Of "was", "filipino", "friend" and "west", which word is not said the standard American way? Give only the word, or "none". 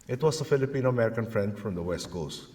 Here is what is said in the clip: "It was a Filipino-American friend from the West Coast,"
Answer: was